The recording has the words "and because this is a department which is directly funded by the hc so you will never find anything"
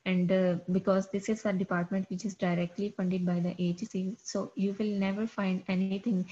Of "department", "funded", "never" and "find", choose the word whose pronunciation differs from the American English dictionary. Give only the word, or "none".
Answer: none